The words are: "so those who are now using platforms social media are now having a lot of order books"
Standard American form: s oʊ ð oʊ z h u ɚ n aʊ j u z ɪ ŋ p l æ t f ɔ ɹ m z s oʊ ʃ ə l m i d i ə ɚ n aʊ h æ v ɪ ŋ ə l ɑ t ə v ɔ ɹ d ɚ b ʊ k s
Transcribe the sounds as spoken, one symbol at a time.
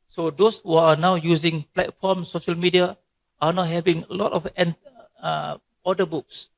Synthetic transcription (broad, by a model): s oʊ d oʊ s h u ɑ n aʊ j u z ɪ ŋ p l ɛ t f ɔ m s oʊ ʃ ə l m i d i ə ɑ n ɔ h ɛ v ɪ ŋ ə l ɑ t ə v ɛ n d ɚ b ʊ k s